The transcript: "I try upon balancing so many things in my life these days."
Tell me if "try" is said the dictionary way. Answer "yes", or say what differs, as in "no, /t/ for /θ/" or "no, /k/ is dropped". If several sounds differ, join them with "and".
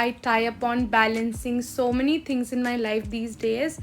no, /ɹ/ is dropped